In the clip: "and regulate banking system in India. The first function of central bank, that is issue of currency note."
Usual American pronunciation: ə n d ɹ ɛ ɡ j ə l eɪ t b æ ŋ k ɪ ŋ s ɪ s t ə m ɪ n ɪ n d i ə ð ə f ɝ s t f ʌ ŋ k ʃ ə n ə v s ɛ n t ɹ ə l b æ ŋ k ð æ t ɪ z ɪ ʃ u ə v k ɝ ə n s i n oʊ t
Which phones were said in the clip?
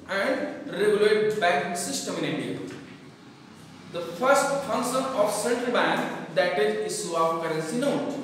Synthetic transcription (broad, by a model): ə n d ɹ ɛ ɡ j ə l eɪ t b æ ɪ s ɪ s t ə m ɪ n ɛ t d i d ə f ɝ s t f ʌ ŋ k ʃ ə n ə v s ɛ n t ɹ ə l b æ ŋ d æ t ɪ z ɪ s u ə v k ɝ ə n s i n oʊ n